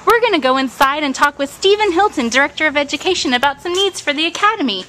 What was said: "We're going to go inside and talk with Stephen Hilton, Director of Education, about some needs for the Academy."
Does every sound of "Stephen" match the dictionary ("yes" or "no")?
yes